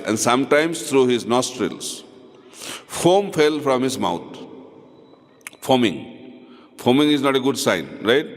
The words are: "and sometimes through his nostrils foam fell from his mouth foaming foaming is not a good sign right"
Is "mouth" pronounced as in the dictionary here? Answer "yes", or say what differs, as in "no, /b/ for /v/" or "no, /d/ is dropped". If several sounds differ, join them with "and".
no, /t/ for /θ/